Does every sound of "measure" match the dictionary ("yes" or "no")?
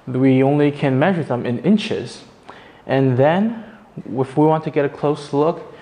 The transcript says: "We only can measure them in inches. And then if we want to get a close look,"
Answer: yes